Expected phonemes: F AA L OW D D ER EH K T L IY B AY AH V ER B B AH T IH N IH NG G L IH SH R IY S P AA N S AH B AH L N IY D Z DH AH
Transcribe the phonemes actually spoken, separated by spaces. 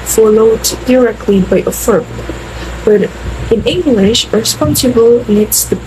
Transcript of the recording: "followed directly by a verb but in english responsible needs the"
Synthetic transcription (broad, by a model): F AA L OW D D ER EH K T L IY B AY AH F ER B B AH T IH N IH NG G L IH SH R S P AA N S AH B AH L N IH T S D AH